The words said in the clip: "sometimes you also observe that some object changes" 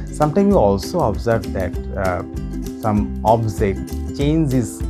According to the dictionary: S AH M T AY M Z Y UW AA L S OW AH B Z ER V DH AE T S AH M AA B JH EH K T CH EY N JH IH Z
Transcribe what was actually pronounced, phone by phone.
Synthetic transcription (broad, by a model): S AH M T AY M Y UW AA L S OW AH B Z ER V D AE T S AH M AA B Z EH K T CH EY N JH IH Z